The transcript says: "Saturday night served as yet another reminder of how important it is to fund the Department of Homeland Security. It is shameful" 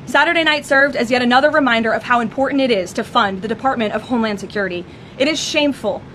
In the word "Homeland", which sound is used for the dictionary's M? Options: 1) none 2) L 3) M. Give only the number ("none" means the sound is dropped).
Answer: 3